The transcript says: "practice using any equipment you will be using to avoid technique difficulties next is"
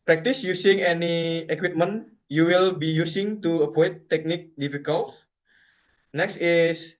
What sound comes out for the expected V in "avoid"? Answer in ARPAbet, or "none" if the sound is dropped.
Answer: P